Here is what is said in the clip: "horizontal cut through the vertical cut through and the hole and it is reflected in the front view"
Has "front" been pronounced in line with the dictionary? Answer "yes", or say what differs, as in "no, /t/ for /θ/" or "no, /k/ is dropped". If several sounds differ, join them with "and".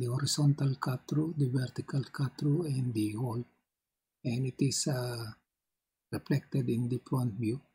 no, /p/ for /f/